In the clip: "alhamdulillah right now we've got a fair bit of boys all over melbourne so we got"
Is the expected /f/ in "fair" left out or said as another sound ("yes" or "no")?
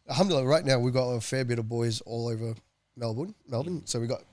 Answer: no